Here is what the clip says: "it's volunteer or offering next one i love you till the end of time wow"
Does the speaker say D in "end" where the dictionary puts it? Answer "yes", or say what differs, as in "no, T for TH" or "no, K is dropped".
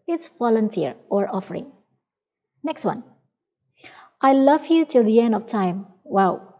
yes